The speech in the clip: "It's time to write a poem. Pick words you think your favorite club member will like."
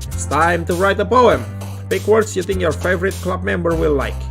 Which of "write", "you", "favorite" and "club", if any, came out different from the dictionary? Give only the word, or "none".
none